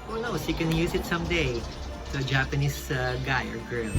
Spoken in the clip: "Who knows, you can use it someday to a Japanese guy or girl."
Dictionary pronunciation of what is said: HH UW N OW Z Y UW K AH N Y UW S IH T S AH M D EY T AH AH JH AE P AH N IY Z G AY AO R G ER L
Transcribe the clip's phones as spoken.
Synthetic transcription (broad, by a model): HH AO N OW S Y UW K AH N Y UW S IH T S AH M D EY T AH AH JH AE P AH N IY S G AY AO R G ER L